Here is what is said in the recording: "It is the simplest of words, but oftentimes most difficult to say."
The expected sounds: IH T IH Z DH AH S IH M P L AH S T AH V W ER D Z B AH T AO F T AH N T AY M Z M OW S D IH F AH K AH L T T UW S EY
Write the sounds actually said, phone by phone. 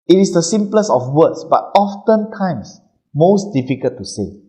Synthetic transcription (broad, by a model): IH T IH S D AH S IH M P L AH S AH F W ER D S B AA T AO F T AH N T AY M S M OW S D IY F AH K AH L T T UW S EY